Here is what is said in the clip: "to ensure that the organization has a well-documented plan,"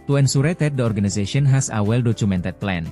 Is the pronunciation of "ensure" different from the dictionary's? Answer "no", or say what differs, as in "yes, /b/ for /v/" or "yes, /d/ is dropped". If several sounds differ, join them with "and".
yes, /s/ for /ʃ/